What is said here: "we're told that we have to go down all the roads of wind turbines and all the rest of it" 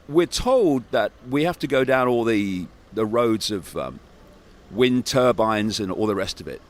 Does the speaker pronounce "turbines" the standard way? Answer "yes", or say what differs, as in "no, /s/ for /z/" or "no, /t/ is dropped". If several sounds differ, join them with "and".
yes